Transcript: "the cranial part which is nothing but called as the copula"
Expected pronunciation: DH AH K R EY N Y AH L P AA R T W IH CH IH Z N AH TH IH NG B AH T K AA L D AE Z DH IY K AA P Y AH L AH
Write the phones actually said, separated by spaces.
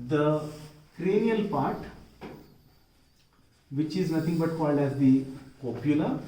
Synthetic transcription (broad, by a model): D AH K R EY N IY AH L P AA R T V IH CH IH Z N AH T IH NG B AH T K AA L D AE Z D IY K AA P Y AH L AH